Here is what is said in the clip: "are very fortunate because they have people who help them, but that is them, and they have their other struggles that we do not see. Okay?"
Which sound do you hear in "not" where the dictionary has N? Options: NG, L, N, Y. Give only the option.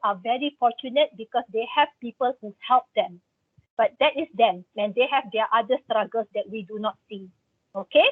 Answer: N